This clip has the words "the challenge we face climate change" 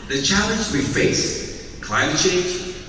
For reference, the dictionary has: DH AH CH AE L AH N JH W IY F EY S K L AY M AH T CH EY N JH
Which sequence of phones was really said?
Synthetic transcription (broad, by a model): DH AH CH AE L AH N Z W IY F EY S K L AY M AH T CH EY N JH